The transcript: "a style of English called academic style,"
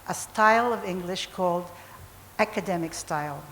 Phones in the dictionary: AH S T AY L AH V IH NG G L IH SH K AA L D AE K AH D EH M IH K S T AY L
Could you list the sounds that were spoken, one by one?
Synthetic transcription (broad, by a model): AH S T AY L AH V IH NG G L IH SH K AA L D AE K AH D EH M IH K S T AY L